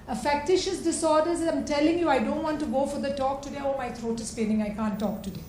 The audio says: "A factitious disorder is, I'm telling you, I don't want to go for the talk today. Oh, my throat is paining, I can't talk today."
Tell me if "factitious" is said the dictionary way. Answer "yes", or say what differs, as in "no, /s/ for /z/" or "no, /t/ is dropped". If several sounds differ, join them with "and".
yes